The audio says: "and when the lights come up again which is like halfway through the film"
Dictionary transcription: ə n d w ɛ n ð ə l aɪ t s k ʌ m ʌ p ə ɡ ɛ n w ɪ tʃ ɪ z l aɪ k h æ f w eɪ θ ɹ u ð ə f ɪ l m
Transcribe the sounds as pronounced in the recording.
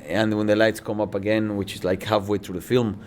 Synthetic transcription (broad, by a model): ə n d w ɛ n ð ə l aɪ t s k ʌ m ʌ p ə ɡ ɛ n w ɪ tʃ ɪ z l aɪ k h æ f w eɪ θ ɹ u ð ə f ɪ l m